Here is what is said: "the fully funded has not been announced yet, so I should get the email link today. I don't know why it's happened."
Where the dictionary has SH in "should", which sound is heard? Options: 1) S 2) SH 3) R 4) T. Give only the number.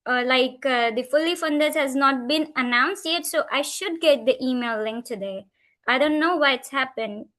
2